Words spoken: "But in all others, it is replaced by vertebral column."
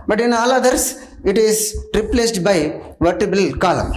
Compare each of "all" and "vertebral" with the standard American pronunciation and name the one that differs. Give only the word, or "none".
vertebral